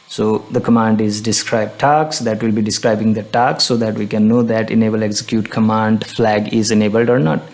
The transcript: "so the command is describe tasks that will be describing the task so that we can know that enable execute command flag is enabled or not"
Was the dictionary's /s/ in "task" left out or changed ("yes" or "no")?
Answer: yes